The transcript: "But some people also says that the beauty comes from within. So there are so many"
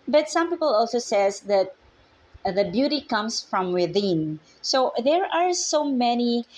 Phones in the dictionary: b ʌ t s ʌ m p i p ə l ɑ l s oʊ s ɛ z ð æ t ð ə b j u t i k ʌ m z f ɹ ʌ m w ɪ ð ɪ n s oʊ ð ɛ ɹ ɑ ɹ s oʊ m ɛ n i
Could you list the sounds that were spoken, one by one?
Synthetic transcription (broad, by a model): b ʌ t s ʌ m p i p ə l ɑ l s oʊ s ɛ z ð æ t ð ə b j u t i k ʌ m s f ɹ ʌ m w ɪ ð ɪ n s oʊ ð ɛ ɹ ɑ ɹ s oʊ m ɛ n i